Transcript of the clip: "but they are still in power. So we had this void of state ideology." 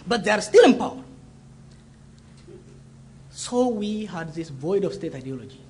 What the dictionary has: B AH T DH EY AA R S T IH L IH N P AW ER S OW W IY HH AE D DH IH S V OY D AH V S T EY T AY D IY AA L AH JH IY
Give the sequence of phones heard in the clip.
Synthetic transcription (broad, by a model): B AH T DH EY AA R S T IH L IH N P AW ER S OW W IY HH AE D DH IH S V OY D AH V S T EY T AY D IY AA L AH JH IY